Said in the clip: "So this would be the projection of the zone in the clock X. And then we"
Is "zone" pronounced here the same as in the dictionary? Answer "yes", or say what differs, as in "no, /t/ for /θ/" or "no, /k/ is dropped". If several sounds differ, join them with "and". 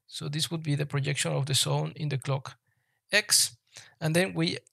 no, /s/ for /z/